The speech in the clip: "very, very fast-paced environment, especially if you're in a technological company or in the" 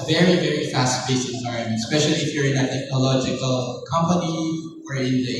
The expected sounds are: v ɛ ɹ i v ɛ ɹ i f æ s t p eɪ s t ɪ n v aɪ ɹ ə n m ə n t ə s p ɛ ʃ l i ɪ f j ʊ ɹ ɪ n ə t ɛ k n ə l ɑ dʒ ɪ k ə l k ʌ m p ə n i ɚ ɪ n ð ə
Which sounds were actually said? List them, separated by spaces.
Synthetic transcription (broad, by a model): v ɛ ɹ i v ɛ ɹ i f æ s t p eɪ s ɪ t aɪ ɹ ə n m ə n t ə s p ɛ ʃ l i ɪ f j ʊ ɹ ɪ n ə t ɛ k n ə l ɑ dʒ ɪ k ə l k ʌ m p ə n i ɚ ɪ n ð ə